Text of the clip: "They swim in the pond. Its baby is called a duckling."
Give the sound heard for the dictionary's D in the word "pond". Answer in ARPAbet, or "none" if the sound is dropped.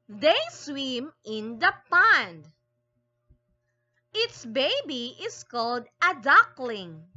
D